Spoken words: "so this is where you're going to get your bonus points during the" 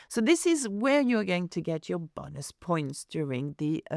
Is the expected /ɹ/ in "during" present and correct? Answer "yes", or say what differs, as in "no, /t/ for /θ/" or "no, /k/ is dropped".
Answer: yes